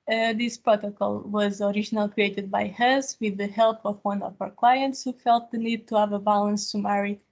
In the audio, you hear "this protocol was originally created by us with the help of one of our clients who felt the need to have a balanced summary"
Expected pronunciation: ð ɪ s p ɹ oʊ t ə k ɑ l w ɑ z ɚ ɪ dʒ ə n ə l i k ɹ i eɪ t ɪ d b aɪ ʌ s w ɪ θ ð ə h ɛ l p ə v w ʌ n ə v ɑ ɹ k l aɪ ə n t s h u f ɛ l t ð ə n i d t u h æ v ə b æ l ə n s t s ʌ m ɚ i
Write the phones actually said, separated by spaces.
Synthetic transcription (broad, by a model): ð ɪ s p ɹ oʊ t ə k ɑ l w ɑ z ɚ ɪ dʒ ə n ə l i k ɹ i eɪ t ɪ d b aɪ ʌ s w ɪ ð ə h ɛ l p ə v w ʌ n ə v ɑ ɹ k l aɪ ə n t s h u f ɛ l t ð ə n i d t u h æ v ə b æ l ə n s s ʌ m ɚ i